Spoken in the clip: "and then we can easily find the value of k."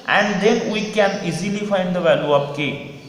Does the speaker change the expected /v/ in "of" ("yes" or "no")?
yes